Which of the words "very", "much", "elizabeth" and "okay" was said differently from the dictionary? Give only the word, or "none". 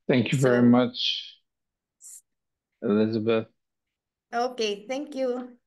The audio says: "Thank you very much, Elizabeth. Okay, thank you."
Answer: none